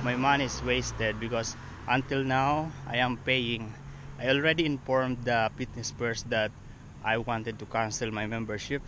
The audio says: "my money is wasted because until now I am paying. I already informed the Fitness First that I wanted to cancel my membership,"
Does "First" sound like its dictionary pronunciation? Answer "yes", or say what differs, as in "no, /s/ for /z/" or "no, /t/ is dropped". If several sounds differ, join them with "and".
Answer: no, /p/ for /f/